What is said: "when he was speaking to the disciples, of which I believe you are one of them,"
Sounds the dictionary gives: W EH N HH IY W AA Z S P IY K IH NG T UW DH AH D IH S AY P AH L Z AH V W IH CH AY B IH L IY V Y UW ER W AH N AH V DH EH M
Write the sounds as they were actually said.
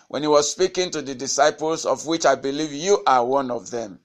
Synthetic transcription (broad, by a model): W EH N HH IY W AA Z S P IY K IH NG T UW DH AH D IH S AY P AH L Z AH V W IH CH AY B IH L IY V Y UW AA W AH N AH V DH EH M